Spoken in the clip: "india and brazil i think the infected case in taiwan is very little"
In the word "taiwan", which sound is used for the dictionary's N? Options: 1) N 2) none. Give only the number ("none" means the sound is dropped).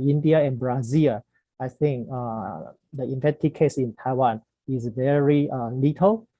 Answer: 1